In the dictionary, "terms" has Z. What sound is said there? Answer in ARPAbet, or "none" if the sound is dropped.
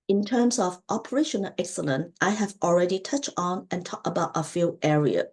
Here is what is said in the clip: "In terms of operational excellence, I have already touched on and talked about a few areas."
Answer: S